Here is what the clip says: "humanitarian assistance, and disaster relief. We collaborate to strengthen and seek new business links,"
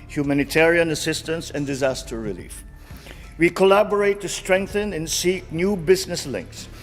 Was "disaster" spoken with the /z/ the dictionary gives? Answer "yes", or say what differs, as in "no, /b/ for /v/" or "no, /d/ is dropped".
yes